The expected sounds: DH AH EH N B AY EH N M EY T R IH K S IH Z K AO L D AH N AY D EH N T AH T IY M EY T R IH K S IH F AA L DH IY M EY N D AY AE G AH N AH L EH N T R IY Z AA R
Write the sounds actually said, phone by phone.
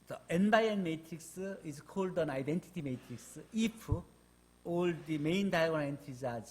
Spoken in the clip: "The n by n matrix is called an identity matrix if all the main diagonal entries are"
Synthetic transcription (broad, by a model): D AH EH N B AY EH N M EY T R IH K S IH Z K AO L D AH N AY D EH N T AH T IY M EY T R IH K S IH P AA L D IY M EY N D AY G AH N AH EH N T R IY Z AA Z